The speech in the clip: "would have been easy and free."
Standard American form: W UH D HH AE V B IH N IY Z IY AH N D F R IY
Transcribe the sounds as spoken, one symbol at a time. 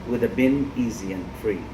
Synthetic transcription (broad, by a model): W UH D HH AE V B IH N IY Z IY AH N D F R IY